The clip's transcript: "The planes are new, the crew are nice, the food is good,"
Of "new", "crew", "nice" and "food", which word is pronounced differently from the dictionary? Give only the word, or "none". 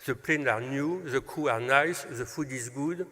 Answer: crew